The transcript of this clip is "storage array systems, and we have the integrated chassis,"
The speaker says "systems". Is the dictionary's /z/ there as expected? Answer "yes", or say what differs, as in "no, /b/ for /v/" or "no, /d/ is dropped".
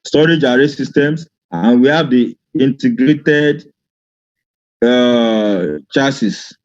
no, /s/ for /z/